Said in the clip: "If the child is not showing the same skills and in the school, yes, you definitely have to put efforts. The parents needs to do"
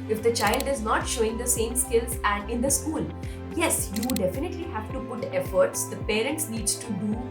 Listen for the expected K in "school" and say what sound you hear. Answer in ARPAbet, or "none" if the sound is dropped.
K